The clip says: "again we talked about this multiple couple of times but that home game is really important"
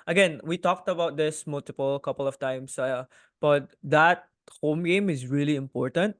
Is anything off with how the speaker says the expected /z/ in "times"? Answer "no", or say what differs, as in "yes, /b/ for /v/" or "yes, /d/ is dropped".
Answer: yes, /s/ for /z/